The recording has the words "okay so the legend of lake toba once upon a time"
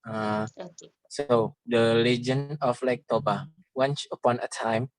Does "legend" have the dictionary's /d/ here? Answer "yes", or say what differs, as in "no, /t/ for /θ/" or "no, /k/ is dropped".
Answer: no, /d/ is dropped